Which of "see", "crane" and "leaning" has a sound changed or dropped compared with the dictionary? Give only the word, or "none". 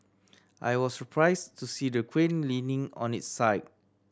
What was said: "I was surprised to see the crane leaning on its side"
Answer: crane